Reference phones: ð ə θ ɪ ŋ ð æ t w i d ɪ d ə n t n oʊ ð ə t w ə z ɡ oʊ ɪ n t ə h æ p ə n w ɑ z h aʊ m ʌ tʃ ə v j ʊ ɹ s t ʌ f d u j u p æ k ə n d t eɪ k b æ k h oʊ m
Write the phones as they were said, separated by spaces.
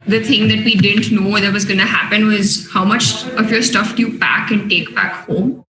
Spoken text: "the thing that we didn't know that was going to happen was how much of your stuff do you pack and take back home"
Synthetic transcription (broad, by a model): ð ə t ɪ ŋ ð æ t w i d ɪ d ə n t n oʊ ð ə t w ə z ɡ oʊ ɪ n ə h æ p ə n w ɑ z h aʊ m ʌ tʃ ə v j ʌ ɹ s t ʌ f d j u b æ k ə n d t eɪ k b æ k h oʊ m